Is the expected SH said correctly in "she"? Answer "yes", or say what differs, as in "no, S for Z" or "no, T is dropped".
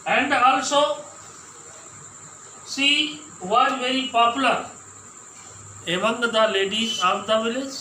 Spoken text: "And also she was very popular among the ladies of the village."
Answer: no, S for SH